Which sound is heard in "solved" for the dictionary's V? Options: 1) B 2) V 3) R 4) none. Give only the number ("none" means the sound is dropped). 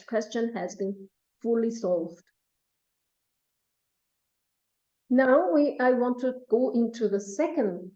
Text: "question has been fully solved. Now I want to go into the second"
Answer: 2